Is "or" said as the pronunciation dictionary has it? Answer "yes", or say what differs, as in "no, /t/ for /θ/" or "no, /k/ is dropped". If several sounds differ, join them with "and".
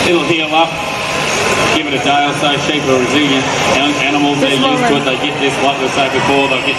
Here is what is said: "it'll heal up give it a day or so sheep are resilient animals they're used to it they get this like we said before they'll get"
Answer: no, /l/ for /ɹ/